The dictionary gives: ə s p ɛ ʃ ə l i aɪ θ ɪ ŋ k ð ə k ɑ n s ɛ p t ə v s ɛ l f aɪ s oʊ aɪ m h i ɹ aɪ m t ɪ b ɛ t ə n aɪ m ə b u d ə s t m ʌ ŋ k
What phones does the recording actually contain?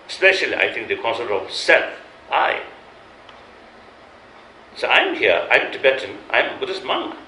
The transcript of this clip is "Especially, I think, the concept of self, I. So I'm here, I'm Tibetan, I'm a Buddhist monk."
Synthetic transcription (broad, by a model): s p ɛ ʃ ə l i aɪ t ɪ ŋ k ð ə k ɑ n s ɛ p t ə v s ɛ l f aɪ s oʊ aɪ m h i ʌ aɪ m t ɪ b ɛ t ə n aɪ m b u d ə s m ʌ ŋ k